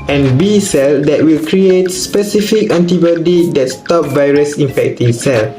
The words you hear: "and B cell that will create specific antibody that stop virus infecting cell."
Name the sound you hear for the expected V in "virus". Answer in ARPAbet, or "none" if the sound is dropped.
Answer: V